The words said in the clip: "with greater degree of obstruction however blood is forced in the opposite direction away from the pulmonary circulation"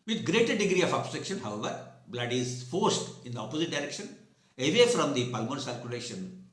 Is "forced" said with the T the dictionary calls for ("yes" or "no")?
yes